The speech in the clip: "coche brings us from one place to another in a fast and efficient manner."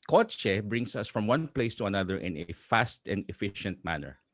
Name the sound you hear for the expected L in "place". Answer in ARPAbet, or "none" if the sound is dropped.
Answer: L